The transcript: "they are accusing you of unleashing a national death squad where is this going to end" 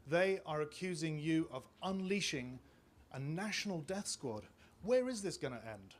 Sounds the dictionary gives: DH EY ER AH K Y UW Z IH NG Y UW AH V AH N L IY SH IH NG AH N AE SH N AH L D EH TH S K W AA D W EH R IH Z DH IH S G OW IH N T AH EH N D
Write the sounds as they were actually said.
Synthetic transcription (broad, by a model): DH EY ER AH K Y UW Z IH NG Y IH AH V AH N L IY SH IH NG AH N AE SH N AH L D EH TH S K W AA D W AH R IH Z DH IH S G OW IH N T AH EH N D